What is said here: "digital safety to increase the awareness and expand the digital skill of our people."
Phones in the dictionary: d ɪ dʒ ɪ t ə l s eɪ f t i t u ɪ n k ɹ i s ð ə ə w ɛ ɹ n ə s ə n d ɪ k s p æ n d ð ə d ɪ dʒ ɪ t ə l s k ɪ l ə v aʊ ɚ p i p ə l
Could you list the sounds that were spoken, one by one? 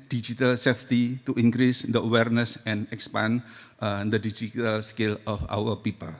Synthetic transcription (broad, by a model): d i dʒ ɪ t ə l s eɪ f t i t u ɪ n k ɹ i s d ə ə w ɛ ɹ n ə s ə n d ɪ k s p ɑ n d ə d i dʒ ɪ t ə l s k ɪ l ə f aʊ ɚ p i p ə l